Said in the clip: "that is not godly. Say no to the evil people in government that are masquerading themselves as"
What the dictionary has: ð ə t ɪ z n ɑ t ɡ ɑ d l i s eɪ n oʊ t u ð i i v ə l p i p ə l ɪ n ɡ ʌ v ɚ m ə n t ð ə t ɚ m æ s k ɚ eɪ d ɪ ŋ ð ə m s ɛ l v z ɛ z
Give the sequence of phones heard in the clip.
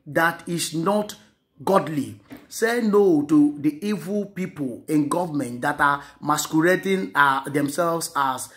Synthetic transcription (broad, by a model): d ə t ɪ s n ɑ t ɡ ɑ d l i s eɪ n oʊ t u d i i v ə l p i p ə l ɪ n ɡ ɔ v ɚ m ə n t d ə t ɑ m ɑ s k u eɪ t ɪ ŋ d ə m s ɛ l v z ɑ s